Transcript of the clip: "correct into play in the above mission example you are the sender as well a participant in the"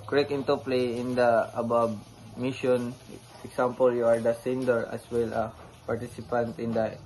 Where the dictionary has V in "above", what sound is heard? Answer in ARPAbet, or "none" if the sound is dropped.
B